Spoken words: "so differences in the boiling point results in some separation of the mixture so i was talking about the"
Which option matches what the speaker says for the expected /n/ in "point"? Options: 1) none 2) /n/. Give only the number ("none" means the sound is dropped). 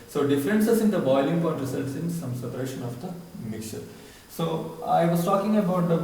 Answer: 1